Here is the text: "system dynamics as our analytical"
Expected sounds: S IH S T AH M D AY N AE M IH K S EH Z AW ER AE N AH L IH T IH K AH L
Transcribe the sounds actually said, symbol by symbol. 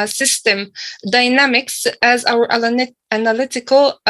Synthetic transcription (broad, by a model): S IH S T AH M D AY N AE M IH K S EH Z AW ER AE N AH L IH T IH K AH L